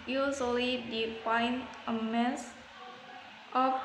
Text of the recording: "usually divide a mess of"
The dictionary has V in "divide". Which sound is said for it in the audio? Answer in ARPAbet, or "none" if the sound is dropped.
F